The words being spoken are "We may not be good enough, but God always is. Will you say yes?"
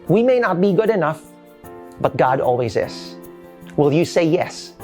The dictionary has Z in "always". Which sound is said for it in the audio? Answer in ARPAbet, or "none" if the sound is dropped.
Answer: Z